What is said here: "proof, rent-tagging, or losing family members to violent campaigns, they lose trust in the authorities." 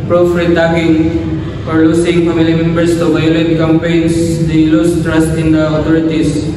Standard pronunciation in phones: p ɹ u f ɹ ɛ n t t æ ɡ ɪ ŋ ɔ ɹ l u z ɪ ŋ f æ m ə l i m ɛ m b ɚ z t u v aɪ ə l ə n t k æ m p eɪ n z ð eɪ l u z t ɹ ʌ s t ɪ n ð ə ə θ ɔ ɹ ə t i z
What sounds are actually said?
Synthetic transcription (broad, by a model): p ɹ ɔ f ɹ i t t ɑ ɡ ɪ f ɔ ɹ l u s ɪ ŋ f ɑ m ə l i m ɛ m b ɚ s t u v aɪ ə l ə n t k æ m p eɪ n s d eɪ l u s t ɹ ʌ s t ɪ n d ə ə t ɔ ɹ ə t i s